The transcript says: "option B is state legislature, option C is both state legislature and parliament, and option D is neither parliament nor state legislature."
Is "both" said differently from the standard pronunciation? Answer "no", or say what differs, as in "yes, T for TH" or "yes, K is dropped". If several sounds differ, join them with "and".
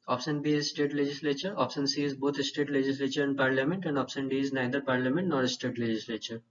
yes, T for TH